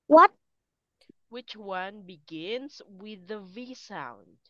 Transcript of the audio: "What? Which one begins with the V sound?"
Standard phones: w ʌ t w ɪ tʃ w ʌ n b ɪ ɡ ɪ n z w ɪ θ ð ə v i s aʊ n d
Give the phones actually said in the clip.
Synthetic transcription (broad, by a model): w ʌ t w ɪ tʃ w ʌ n b ɪ ɡ ɪ n z w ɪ ð ə v i s aʊ n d